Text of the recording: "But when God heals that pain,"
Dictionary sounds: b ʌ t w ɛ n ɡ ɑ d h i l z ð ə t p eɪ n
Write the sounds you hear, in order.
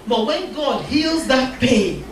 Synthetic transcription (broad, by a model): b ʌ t w ɛ n ɡ ɑ d h i l z ð ə t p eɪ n